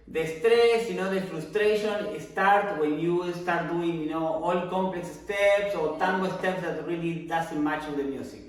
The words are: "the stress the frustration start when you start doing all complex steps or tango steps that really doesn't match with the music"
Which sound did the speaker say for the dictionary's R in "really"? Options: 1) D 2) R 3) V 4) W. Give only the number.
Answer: 2